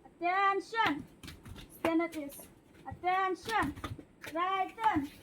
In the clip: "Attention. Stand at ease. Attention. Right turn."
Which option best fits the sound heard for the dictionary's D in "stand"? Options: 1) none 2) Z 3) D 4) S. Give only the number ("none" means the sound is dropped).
1